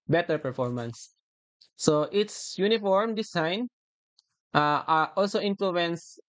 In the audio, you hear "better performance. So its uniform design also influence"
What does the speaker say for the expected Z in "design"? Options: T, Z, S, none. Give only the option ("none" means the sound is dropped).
S